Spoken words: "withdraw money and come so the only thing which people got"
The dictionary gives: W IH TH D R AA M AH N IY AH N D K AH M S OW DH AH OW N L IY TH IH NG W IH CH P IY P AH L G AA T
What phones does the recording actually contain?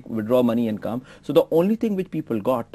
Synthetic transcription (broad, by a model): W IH D R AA M AH N IY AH N K AH M S OW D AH OW N L IY T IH NG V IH CH P IY P AH L G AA T